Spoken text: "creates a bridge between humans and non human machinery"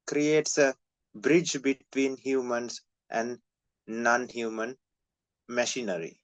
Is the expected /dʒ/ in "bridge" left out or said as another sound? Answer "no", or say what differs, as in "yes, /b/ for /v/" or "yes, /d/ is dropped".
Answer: no